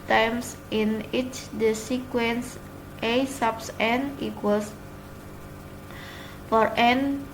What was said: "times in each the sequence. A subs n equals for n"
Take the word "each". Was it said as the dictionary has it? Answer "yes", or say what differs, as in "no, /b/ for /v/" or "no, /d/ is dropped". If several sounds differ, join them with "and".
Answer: yes